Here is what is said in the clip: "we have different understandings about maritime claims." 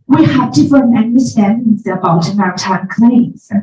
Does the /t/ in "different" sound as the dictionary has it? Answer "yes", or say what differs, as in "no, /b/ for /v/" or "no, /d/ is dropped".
no, /t/ is dropped